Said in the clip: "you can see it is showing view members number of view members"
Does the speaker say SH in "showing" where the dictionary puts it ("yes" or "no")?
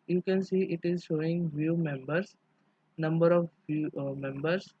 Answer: yes